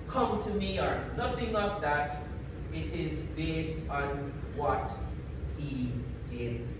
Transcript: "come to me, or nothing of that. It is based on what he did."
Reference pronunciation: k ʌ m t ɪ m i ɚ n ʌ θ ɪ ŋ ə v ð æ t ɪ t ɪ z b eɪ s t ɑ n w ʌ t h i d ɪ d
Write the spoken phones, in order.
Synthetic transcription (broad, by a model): k ʌ m t ɪ m i ɚ n ʌ θ ɪ ŋ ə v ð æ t ɪ t ɪ z b eɪ s t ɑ n w ʌ t h i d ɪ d